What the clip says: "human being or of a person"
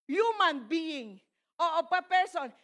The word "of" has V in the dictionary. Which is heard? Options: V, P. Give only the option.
P